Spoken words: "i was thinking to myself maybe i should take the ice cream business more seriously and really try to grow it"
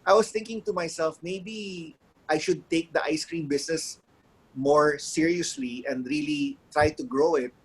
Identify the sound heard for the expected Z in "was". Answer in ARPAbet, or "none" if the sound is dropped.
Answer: S